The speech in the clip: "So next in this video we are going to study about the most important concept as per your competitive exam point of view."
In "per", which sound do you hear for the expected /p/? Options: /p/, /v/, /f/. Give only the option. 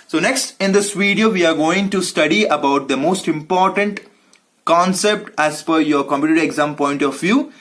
/f/